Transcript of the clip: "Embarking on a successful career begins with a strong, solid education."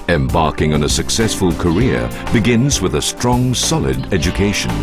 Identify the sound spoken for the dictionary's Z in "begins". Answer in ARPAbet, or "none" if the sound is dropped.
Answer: Z